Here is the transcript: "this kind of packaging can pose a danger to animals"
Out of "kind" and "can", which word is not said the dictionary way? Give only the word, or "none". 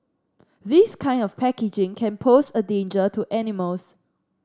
none